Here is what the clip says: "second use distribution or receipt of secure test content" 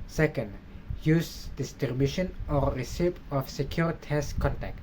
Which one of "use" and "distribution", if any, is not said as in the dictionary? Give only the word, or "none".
distribution